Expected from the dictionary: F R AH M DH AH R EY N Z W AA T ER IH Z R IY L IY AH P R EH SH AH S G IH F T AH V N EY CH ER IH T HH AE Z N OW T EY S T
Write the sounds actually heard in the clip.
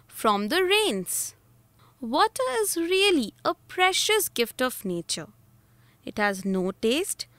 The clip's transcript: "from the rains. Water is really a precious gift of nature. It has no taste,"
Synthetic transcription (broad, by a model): F R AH M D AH R EY N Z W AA T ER IH Z R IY L IY AH P R EH SH AH S G IH F T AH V N EY CH ER IH T HH AE Z N OW T EY S T